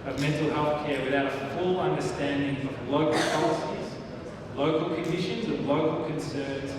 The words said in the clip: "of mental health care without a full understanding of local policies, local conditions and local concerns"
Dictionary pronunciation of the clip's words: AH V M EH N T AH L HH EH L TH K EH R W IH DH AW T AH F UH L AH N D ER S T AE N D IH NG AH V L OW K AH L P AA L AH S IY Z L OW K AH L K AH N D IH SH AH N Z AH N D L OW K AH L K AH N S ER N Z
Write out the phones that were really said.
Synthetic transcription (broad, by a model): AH V M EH N T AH L HH EH L TH K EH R W IH DH AW T F UH L AH N D ER S T AE N D IH NG AH V L OW K AH L P AA L AH S IY Z L OW K AH L K AH N D IH SH AH N Z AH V L OW K AH L K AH N S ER N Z